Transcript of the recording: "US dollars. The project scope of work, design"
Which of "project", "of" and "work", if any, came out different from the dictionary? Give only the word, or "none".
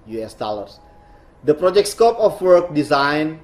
of